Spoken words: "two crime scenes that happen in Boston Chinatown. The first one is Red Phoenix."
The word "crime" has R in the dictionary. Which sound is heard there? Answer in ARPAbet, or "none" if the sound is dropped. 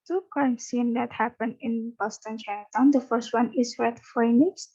none